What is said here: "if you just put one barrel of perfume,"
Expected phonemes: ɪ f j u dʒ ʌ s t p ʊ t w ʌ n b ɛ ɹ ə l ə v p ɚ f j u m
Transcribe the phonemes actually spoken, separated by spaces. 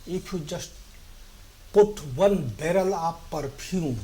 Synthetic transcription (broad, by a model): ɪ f j u dʒ ʌ s t p ʊ t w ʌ n b ɛ ɹ ə l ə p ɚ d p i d